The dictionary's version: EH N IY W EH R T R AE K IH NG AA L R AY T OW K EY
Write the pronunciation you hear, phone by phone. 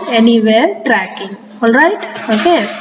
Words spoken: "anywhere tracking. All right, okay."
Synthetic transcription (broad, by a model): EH N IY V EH R T R AE K IH NG AA L R AY T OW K EY